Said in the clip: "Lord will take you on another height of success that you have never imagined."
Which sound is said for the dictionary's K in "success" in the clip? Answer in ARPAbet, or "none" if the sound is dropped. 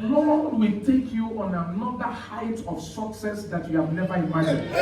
K